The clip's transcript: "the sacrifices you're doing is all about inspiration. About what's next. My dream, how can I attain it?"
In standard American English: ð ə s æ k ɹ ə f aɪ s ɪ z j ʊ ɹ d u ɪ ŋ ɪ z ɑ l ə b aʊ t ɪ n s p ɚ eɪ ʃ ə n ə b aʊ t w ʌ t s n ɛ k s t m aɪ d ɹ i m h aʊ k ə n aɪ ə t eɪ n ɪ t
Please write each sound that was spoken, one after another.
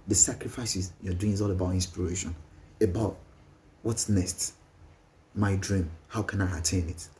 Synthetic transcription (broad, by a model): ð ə s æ k ɹ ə f aɪ s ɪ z j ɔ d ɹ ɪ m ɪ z ɑ l ə b aʊ t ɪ n s p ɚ eɪ ʃ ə n ə b aʊ t w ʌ t s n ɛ s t m aɪ d ɹ i m h aʊ k ə n aɪ ə t eɪ n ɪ t